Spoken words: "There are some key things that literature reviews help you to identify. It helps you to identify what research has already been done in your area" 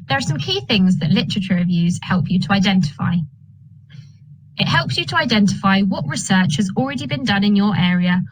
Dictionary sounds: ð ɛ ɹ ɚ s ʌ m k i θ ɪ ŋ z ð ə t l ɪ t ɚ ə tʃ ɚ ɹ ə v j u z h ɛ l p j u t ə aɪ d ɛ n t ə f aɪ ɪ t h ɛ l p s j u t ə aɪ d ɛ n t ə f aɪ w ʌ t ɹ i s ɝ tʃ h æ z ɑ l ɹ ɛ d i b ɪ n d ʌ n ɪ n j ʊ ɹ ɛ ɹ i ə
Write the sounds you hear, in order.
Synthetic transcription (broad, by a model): ð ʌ ɹ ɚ s ʌ m k i θ ɪ ŋ z ð ə t l ɪ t ɚ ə tʃ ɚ ɹ ə v j u z h ɛ l p j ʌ t ə aɪ d ɛ n t ə f aɪ ɪ t h ɛ l p s j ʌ t ə aɪ d ɛ n t ə f aɪ w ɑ t ɹ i s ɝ tʃ h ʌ z ɑ l ɹ ɛ d i b ɪ n d ʌ n ɪ n j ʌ ɹ ɛ ɹ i ə